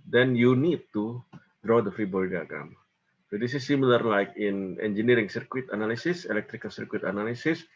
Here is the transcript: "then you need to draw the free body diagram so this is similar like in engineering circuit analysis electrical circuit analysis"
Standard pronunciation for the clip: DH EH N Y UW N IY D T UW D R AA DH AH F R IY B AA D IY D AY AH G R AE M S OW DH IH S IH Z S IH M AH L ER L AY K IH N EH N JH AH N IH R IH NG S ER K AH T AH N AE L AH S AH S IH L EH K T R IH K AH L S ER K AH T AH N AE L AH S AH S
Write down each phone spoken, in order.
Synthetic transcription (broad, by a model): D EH N Y UW N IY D T UW D R AA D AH F R IY B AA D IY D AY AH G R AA M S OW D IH S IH S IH M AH L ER L AY K IH N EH N JH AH N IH R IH NG S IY K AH T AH N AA L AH S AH S IH L EH K T R IH K AH L S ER K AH T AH N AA L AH S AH S